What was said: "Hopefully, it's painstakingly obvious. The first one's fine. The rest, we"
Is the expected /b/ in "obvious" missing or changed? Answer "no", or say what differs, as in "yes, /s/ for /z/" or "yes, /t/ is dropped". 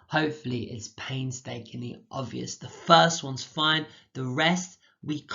no